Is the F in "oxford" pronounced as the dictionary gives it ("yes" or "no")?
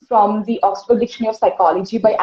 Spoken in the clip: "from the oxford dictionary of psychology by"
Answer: no